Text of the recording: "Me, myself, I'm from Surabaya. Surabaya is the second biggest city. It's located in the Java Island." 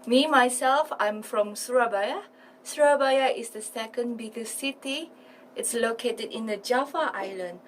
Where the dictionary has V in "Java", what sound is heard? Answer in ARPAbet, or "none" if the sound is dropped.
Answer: F